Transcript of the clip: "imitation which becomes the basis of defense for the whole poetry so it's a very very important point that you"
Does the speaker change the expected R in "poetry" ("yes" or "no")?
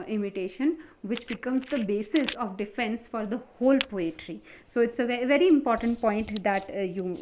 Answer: no